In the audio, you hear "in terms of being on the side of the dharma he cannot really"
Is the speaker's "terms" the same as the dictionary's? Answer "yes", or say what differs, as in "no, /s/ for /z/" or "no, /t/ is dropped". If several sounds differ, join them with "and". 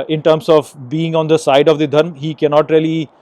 no, /s/ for /z/